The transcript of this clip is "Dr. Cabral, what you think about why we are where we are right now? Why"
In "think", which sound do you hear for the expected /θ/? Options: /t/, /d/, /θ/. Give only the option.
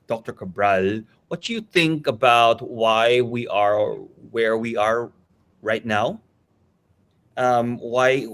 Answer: /θ/